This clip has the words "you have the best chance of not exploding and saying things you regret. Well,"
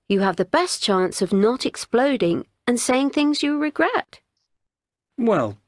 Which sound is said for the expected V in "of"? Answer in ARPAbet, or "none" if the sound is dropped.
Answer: V